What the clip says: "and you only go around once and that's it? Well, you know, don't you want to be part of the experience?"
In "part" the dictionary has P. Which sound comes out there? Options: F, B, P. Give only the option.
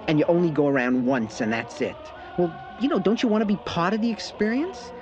P